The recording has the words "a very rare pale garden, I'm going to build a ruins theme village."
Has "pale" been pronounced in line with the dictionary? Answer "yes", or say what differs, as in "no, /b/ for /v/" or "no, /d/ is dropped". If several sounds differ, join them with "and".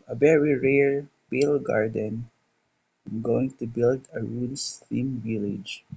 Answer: no, /b/ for /p/